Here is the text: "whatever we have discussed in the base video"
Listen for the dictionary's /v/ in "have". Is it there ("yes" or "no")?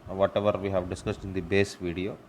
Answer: yes